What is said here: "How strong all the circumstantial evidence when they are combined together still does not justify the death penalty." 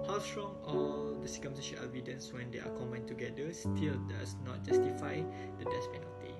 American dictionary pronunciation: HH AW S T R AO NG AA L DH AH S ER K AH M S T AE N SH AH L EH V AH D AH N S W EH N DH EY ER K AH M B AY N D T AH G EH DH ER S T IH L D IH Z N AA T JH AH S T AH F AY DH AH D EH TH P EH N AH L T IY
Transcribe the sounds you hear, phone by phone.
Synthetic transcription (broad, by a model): HH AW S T R AO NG AA L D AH S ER K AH M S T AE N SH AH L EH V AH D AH N S W EH N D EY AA K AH M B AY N T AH G EH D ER S T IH L D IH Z N AA T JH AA S T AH F AY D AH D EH S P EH N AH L T IY